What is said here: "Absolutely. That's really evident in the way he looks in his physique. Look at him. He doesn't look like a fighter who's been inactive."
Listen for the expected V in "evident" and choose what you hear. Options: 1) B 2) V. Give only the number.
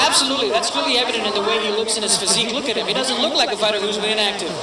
2